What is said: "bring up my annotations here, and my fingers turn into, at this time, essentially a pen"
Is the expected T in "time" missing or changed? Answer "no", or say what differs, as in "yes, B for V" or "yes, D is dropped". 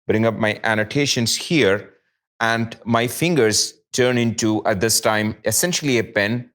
no